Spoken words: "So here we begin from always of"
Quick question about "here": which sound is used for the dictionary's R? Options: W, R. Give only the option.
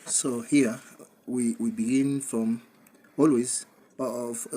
W